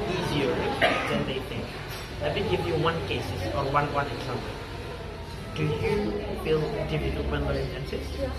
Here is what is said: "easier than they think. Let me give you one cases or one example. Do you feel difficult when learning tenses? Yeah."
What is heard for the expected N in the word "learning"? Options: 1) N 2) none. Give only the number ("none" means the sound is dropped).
2